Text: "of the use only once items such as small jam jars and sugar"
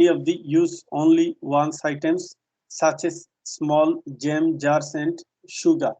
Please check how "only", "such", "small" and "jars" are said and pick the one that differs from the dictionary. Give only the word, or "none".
jars